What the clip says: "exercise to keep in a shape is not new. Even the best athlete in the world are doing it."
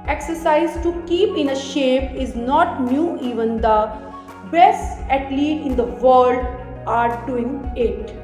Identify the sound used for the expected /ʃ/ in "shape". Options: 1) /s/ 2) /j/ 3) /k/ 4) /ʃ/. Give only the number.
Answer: 4